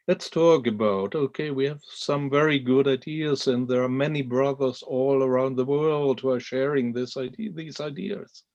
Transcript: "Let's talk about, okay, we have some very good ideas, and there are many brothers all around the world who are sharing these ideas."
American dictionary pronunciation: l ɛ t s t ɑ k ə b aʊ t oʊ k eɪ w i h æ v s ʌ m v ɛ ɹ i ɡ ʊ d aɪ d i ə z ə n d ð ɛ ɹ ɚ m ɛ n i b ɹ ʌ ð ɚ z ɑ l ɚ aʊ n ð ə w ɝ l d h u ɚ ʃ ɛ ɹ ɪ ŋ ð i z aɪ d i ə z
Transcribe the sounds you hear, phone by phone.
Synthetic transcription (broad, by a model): l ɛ t s t ɑ k ə b aʊ t oʊ k eɪ w i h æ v s ʌ m v ɛ ɹ i ɡ ʊ d aɪ d i ə z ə n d ð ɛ ɹ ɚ m ɛ n i b ɹ ʌ ð ɚ z ɑ l ɚ aʊ n ð ə w ɝ l d h u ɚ ʃ ɛ ɹ ɪ ŋ ð i z aɪ d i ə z